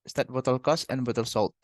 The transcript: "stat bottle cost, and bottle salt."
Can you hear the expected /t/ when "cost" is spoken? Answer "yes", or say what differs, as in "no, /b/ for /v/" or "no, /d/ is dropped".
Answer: no, /t/ is dropped